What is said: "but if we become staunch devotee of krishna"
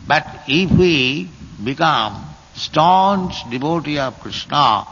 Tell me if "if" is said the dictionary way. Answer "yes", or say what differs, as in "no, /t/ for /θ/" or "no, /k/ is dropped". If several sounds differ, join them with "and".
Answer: no, /p/ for /f/